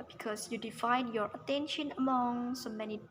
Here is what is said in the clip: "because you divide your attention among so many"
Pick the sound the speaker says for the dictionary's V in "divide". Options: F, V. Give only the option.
F